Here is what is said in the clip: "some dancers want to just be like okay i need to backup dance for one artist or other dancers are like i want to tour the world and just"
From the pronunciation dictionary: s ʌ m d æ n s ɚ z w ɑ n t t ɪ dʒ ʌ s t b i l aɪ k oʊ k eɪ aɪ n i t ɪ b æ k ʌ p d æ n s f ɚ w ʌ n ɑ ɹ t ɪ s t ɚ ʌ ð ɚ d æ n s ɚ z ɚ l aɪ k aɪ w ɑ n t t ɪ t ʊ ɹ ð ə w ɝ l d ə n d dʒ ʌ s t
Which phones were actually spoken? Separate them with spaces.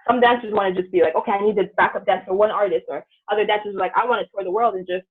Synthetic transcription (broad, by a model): s ʌ m d æ n s ɚ z w ɑ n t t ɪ dʒ ʌ s b i l aɪ k oʊ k eɪ aɪ n i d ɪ b æ k ʌ p d æ n s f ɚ w ʌ n ɑ ɹ t ɪ s t ɚ ʌ ð ɚ d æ n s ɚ z ɚ l aɪ k aɪ w ɑ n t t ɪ t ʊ ɹ ð ə w ɝ l d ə n dʒ ʌ s t